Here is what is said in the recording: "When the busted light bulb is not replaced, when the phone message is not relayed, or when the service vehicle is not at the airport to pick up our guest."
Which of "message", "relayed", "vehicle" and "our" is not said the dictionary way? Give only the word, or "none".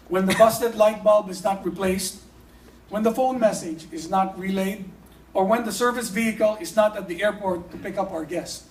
none